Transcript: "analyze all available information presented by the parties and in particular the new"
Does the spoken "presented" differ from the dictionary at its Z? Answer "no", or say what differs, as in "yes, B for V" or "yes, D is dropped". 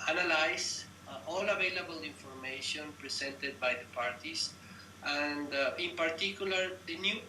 yes, S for Z